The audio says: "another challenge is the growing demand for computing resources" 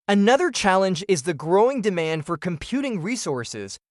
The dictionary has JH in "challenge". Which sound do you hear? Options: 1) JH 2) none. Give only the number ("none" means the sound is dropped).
1